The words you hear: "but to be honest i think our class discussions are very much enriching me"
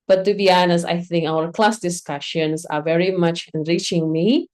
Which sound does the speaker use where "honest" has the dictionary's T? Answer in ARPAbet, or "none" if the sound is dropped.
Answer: none